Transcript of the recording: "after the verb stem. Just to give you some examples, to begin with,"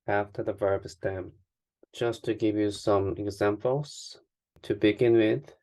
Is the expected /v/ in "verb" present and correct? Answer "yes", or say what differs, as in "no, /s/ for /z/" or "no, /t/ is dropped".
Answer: yes